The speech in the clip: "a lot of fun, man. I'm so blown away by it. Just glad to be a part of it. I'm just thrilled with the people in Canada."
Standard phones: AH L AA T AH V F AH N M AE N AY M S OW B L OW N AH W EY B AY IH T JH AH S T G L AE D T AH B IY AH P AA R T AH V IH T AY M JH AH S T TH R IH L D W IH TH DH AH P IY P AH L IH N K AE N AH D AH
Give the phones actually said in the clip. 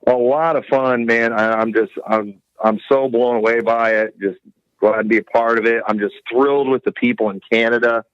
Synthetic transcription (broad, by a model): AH L AA T AH V F AH N M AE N AY M S OW B L OW N AH W EY B AY IH T JH AH S T G L AE D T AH B IY AH P AA R T AH V IH T AY M JH AH S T TH R IH L D W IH DH AH P IY P L IH N K AE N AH D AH